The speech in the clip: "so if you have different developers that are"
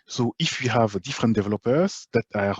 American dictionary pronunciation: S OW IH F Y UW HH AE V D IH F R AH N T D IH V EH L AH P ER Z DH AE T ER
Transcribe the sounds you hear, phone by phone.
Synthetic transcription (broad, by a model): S OW IH F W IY HH AE V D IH F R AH N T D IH V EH L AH P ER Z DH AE T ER